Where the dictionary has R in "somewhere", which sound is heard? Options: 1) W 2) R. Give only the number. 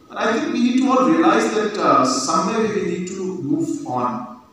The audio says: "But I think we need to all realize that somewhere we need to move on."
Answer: 1